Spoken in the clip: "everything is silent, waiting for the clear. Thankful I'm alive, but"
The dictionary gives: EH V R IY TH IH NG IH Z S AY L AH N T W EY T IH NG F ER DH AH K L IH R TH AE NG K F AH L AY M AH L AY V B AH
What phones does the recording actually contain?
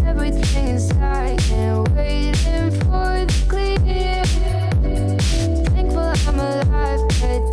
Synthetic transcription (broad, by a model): EH V R IY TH IH NG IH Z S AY AH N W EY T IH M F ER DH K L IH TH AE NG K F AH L AY M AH L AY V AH